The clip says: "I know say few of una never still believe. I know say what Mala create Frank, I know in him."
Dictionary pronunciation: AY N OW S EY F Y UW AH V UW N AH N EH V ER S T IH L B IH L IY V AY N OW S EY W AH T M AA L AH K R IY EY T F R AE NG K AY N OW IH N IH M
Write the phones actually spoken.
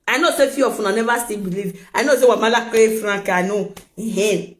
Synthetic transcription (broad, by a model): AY N OW S EY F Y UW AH F UW N AH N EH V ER S T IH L B IH L IY V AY N OW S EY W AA M AA L AH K IY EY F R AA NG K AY N OW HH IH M